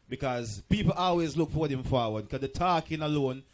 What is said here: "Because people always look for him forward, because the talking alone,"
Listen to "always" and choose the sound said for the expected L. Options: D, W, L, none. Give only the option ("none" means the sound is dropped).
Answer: L